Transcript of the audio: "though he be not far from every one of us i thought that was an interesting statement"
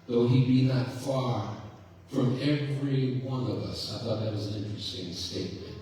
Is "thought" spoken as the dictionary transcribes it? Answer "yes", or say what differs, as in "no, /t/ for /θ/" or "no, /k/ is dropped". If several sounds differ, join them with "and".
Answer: yes